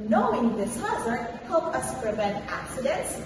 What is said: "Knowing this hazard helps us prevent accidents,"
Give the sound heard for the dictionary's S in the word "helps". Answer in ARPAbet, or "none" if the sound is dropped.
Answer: none